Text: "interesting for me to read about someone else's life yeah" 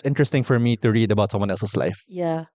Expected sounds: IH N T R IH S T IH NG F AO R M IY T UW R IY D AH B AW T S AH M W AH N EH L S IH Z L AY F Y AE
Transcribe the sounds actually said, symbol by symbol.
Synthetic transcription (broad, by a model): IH N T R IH S T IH NG F AO R M IY T UW R IY D AH B AW T S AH M W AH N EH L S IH S L AY F Y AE